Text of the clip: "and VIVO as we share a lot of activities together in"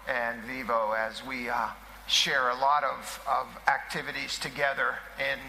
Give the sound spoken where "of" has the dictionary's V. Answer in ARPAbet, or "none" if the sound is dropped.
V